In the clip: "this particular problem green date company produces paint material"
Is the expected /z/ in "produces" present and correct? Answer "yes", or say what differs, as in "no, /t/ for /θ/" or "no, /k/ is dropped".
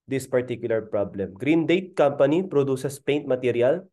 no, /s/ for /z/